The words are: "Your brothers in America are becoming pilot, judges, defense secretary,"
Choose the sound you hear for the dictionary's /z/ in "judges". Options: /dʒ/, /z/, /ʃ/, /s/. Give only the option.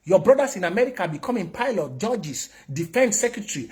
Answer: /s/